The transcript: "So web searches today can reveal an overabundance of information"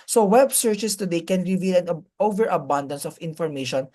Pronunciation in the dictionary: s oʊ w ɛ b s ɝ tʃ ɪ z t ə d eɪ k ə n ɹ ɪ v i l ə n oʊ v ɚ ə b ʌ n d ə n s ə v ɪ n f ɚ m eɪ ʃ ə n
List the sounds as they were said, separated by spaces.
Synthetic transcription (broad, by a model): s oʊ w ɛ b s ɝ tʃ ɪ s t ə d eɪ k ə n ɹ ɪ v i l ə n oʊ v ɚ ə b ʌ n d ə n s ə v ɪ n f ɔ m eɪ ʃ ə n